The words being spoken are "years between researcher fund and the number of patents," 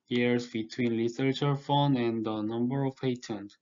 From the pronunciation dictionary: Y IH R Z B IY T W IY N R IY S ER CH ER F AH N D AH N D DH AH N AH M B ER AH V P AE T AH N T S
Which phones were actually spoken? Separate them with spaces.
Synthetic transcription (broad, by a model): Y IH R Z B IY T W IY N L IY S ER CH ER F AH N AH N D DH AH N AH M B ER AH V P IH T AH N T